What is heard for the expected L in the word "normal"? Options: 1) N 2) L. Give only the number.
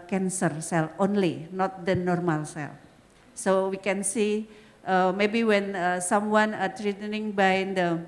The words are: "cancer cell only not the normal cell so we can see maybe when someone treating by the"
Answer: 2